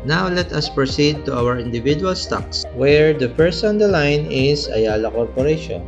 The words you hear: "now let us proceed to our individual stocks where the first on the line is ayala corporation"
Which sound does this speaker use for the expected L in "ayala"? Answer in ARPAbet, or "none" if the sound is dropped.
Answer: L